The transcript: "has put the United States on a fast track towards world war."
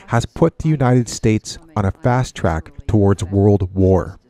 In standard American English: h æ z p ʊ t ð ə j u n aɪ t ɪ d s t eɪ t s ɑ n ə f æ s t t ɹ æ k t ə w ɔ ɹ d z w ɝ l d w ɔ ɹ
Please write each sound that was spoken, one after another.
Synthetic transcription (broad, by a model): h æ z p ʊ t ð ə j u n aɪ t ɪ d s t eɪ t s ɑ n ə f æ s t t ɹ æ k t ə w ɔ ɹ d z w ɝ l d w ɔ ɹ